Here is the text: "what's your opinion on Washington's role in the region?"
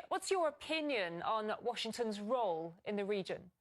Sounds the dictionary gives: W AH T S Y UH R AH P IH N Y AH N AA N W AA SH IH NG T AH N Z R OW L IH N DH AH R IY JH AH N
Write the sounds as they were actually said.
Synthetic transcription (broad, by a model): W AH T S Y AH R AH P IH N Y AH N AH N W AA SH IH NG T AH N Z R OW L IH N DH AH R IY JH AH N